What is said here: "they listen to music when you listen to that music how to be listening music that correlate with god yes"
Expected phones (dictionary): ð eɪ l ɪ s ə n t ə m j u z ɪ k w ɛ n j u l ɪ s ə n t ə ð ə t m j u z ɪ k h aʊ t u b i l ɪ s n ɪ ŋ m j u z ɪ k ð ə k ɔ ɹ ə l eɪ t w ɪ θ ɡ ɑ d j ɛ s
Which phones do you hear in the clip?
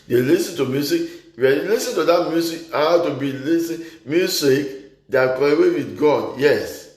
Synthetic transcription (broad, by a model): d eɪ l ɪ s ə n t ə m j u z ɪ k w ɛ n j l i s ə n t ə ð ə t m j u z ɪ k h aʊ t u b i l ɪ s ɪ m j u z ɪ k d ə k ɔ ə w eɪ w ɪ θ ɡ ɑ d j ɛ s